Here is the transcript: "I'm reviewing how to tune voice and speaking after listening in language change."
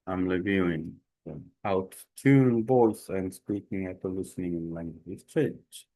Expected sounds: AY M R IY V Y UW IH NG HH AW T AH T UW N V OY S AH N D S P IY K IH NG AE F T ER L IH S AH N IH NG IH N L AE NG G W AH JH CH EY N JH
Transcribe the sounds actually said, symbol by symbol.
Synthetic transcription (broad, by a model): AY M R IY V Y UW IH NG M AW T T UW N B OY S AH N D S P IY K IH NG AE T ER L IH S AH N IH NG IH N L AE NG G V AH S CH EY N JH